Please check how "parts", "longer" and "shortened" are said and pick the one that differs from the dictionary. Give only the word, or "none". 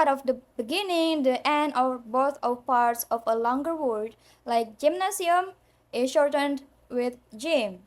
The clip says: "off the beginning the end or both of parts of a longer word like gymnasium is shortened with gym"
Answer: none